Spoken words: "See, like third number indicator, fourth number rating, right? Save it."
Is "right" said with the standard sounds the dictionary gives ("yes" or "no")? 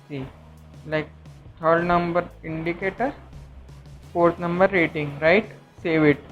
yes